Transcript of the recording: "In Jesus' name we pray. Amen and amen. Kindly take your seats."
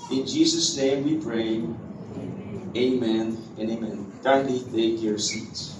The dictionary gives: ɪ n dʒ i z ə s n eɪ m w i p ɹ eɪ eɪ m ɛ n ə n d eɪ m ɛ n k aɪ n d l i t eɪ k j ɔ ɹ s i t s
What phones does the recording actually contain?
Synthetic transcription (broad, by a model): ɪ n dʒ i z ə s n eɪ m w i p ɹ eɪ eɪ m ɛ n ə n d eɪ m ɛ n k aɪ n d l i t eɪ k j ɔ ɹ s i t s